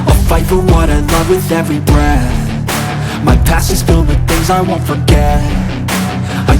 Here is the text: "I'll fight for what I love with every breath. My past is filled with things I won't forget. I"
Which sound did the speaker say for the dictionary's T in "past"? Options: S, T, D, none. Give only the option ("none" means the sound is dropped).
none